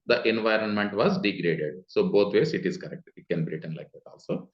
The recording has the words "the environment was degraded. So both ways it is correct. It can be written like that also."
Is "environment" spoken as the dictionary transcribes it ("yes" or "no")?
yes